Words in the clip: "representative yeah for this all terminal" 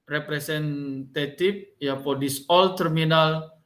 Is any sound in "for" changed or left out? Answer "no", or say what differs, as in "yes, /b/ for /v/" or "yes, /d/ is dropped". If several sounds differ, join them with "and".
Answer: yes, /p/ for /f/